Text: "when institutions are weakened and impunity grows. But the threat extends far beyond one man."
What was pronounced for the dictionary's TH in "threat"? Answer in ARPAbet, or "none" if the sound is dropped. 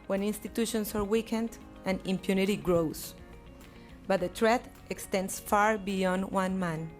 T